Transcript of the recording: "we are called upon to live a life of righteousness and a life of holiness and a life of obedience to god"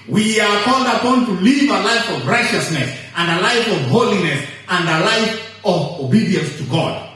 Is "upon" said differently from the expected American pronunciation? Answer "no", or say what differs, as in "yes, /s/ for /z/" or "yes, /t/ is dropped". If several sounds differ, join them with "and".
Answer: no